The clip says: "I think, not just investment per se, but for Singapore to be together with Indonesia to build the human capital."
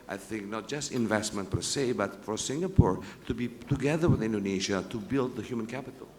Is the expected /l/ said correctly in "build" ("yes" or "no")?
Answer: yes